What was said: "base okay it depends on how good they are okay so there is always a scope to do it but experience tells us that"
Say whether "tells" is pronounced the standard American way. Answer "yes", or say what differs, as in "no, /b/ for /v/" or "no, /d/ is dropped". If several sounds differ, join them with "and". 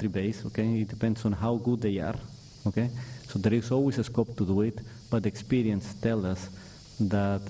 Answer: no, /z/ is dropped